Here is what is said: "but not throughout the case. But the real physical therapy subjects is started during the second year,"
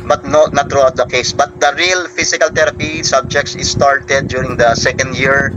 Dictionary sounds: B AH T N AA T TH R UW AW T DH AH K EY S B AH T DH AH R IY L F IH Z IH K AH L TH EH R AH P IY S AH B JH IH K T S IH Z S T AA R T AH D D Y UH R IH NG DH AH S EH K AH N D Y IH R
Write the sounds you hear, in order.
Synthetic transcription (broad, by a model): B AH T N AA T R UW AW T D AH K EY S B AH T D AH R IY L F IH S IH K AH L T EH R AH P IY S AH B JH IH K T S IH S T AA R T AH D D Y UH R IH NG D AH S EH K AH N D Y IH R